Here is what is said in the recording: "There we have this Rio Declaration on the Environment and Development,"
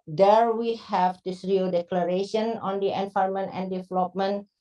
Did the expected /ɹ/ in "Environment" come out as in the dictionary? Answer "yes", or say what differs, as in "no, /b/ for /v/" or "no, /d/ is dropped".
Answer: no, /ɹ/ is dropped